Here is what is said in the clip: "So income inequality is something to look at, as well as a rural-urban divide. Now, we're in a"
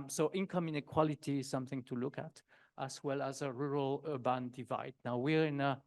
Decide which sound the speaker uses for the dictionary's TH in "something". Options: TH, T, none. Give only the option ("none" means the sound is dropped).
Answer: TH